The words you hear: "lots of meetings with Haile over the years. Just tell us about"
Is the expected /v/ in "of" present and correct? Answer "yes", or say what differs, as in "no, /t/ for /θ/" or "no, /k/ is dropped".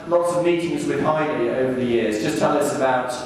yes